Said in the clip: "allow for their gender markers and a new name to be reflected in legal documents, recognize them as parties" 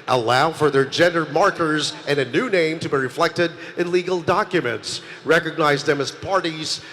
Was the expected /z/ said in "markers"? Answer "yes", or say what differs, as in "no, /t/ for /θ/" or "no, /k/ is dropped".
yes